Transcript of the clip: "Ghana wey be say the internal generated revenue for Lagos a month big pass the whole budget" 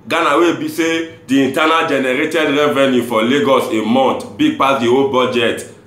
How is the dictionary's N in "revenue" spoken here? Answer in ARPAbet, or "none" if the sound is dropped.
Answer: N